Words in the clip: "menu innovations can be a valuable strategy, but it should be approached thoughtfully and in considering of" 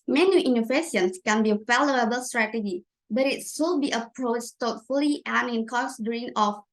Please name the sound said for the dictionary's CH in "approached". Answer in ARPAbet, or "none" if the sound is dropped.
CH